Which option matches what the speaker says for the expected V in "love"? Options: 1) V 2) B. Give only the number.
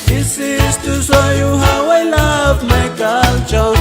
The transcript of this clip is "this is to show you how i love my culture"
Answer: 2